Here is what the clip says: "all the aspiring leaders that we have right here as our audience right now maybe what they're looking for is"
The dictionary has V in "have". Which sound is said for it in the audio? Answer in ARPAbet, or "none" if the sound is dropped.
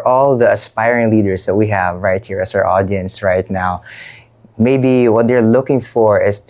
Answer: V